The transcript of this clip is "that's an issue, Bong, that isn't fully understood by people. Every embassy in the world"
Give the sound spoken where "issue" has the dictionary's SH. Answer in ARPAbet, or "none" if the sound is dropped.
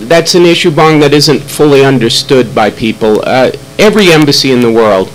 SH